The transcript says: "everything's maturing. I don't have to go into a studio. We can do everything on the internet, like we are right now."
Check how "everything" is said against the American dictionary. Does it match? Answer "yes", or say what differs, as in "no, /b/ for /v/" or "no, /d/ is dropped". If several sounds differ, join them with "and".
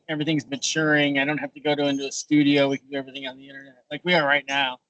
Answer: yes